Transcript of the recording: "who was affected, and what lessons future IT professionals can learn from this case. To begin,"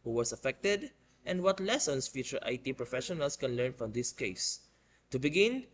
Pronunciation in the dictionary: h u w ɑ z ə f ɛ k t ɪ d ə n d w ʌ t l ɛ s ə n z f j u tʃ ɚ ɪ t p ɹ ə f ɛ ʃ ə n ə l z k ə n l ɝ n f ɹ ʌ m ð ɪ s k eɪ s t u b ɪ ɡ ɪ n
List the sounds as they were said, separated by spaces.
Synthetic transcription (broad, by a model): h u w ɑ s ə f ɛ k t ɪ d ə n d w ʌ t l ɛ s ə n s f j u tʃ ɚ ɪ t p ɹ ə f ɛ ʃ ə n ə l s k ə n l ɝ n f ɹ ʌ m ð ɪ s k eɪ s t u b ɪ ɡ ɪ n